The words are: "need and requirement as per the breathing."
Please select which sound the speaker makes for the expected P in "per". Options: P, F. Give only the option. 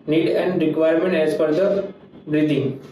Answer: F